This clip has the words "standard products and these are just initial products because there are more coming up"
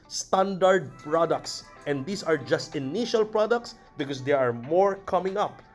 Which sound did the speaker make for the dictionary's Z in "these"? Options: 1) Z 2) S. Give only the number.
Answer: 2